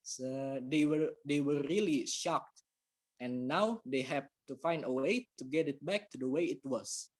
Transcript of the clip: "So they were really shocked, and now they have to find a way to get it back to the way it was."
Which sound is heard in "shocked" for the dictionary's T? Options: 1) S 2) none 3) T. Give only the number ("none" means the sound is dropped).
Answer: 3